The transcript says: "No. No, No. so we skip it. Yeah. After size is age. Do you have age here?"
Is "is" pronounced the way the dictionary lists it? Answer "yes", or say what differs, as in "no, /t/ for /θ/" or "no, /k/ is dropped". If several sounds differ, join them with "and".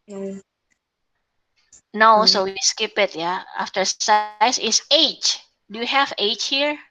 no, /s/ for /z/